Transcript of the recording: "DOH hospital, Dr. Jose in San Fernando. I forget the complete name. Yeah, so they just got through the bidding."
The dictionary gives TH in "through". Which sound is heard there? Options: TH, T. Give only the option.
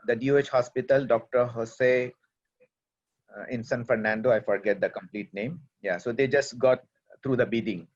T